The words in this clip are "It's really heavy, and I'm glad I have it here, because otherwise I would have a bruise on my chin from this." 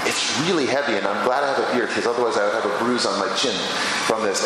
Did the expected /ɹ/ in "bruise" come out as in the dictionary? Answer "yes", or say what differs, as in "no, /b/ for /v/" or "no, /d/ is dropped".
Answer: yes